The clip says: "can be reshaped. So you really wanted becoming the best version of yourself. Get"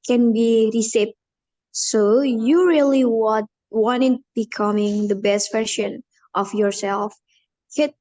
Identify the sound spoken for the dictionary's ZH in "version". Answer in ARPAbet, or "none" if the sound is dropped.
SH